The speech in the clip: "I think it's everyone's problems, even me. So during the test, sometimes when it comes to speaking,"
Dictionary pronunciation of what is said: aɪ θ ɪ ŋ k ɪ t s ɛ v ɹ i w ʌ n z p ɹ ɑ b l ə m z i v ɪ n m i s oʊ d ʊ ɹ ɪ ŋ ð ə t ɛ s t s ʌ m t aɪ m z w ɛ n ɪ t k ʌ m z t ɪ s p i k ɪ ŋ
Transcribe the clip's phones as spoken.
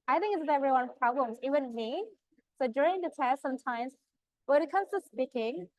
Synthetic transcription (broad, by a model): aɪ θ ɪ ŋ k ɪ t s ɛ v ɹ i w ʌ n p ɹ ɑ b l ə m z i w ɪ n m i s oʊ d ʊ ɹ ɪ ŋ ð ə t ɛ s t s ʌ m t aɪ m z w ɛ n ɪ t k ʌ m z t ɪ s p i k ɪ ŋ